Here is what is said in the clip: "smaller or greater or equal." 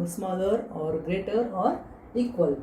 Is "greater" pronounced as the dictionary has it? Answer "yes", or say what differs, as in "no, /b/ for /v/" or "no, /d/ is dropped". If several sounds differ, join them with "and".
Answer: yes